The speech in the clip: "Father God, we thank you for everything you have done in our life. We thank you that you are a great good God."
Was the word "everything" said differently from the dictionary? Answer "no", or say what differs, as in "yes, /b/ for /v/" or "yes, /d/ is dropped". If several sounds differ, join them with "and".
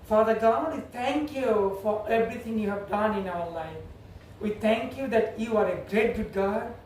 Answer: yes, /t/ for /θ/